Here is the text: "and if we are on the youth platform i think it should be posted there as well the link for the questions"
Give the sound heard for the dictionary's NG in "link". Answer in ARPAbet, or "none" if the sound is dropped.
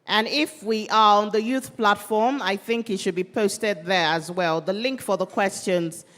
NG